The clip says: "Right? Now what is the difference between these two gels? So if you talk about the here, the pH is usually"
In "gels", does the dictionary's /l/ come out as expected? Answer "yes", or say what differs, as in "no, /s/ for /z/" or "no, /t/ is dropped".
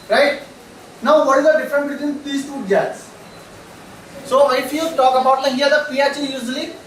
no, /l/ is dropped